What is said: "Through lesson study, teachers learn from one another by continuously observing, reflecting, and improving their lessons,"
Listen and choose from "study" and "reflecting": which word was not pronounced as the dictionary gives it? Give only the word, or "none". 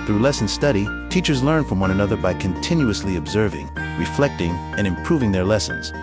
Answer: none